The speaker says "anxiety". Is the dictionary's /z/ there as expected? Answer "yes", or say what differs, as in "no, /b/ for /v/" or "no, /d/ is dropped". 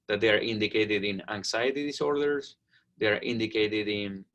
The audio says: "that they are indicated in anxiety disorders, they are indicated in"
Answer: no, /s/ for /z/